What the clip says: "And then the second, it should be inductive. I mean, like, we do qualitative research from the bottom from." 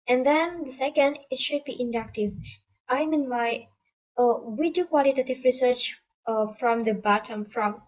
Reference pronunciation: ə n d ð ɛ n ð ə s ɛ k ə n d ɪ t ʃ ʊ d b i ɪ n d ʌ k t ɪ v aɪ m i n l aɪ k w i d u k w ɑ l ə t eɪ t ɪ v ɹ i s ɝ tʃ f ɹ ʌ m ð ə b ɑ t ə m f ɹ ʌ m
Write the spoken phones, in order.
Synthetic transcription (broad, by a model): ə n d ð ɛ n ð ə s ɛ k ə n d ɪ t ʃ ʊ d b i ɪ n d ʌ k t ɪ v aɪ m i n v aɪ w i d u k w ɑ l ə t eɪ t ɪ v ɹ i s ɝ tʃ f ɹ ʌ m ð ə b ɑ t ə m f ɹ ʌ m